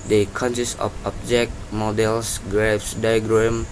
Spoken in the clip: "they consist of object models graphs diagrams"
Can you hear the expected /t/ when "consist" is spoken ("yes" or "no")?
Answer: no